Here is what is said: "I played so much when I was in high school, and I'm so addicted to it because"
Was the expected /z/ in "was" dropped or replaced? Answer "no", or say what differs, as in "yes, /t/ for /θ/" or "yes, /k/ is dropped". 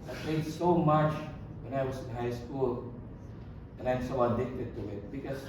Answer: yes, /s/ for /z/